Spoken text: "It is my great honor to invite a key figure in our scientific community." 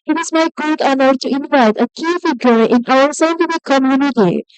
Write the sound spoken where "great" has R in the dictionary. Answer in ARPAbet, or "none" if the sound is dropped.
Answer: none